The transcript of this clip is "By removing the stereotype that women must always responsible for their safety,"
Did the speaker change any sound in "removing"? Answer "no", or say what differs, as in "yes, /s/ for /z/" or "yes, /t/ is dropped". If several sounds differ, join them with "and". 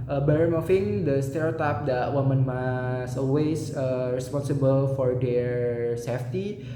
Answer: yes, /f/ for /v/